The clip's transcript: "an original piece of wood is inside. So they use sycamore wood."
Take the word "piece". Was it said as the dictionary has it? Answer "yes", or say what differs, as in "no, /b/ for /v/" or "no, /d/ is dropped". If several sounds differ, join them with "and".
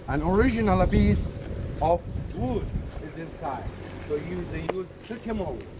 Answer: no, /b/ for /p/